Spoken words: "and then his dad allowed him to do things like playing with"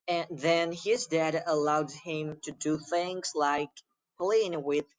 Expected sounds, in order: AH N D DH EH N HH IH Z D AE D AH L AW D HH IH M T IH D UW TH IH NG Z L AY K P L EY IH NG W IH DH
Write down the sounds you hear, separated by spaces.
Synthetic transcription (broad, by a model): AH N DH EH N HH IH Z D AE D AH L AW D HH IH M T IH D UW TH IH NG Z L AY K P L EY IH NG W IH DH